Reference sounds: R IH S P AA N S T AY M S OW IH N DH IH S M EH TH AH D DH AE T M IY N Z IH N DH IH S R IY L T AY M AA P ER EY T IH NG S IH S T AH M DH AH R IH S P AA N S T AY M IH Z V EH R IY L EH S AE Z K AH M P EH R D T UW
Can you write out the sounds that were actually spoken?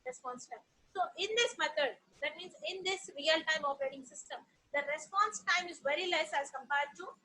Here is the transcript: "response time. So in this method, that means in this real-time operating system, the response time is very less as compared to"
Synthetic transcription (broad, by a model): R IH S P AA N S T AY M S OW IH N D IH S M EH T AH D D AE T M IY N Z IH N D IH S R IY L T AY M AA F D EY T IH NG S IH S T AH M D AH R IH S P AA N S T AY M IH Z V EH R IY L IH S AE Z K AH M P EH R D T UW